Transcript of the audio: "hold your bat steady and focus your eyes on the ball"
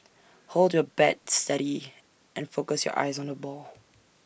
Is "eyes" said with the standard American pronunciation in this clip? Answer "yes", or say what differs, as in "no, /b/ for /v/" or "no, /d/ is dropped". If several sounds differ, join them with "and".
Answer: yes